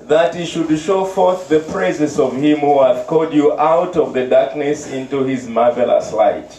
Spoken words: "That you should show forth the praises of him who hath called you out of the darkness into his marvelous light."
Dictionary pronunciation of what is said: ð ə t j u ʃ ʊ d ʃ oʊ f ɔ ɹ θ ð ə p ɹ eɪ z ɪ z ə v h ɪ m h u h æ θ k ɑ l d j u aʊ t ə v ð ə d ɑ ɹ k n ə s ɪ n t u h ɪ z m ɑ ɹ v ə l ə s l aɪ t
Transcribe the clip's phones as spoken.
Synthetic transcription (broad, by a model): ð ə t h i ʃ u d ʃ oʊ f ɔ ɹ θ ð ə p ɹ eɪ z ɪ s ə v h ɪ m h u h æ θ k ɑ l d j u aʊ t ə v ð ə d ɑ ɹ k n ə s ɪ n t u h ɪ z m ɑ ɹ v ə l ə s l aɪ t